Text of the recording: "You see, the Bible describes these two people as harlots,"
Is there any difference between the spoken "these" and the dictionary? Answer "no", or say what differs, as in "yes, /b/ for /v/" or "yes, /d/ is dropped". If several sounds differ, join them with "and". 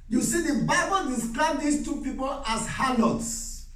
yes, /s/ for /z/